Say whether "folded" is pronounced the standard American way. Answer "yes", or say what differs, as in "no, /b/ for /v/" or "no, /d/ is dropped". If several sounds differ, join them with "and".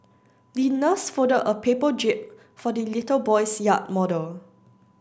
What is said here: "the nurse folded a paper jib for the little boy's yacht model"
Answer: no, /l/ is dropped